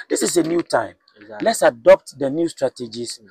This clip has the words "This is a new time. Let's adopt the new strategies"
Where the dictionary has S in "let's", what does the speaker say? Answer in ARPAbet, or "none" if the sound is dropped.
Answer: S